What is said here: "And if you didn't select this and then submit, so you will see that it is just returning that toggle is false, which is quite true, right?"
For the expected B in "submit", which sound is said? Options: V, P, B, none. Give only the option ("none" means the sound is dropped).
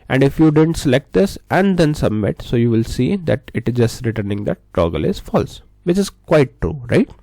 B